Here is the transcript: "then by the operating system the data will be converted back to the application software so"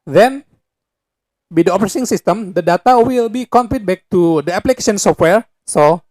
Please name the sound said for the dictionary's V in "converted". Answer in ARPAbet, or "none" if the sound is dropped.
P